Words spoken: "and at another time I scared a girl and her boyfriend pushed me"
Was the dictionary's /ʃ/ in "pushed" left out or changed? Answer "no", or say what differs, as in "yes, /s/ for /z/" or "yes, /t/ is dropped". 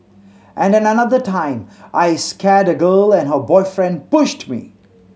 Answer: no